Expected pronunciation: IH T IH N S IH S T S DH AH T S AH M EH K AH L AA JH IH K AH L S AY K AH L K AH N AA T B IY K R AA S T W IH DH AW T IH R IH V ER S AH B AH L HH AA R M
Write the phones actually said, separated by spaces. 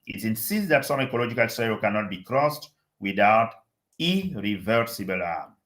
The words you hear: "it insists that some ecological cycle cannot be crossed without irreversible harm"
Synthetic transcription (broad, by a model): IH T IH N S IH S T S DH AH T S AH M EH K AH L AA JH IH K AH L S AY AH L K AH N AA T B IY K R AA S T W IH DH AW T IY R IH V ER S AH B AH L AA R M